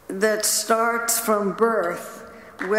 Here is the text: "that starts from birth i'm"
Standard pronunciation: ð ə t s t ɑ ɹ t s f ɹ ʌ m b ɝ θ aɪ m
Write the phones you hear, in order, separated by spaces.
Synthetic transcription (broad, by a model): ð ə t s t ɑ ɹ t s f ɹ ʌ m b ɝ θ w